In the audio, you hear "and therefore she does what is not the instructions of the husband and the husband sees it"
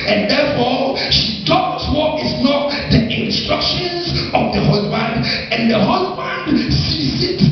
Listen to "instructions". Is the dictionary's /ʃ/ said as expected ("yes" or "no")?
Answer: yes